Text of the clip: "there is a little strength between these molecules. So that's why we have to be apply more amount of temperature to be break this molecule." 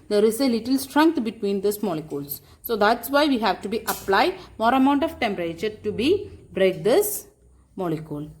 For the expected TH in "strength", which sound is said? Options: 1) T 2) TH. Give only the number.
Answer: 1